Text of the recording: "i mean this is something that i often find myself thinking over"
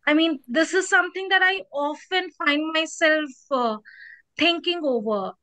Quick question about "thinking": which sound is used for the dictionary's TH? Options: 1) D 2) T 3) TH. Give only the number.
2